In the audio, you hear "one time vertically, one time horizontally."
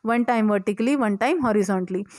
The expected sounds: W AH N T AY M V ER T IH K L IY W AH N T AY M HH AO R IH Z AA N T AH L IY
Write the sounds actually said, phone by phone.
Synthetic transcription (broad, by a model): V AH N T AY M V ER T IH K L IY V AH N T AY M HH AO R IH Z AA N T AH L IY